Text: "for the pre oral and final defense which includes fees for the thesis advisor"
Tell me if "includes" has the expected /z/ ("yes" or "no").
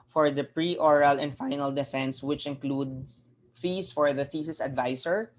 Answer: no